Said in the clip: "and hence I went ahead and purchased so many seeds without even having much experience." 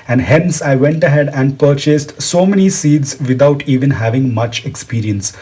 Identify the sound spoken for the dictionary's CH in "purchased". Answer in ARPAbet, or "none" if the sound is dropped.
CH